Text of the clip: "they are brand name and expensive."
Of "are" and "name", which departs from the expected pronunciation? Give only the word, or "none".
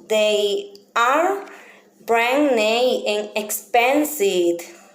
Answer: name